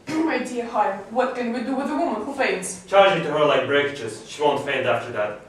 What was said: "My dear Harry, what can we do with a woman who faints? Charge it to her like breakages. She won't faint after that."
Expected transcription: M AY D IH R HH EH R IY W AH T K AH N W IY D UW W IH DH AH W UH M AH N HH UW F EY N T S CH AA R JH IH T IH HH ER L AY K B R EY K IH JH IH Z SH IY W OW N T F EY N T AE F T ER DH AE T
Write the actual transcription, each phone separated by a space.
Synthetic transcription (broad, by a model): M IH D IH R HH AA IY W AH T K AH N W IY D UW W IH DH AH W UH M AH N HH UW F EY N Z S CH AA R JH IH T IH HH ER L AY K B R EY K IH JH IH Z SH IY W OW N T F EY N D AE F T ER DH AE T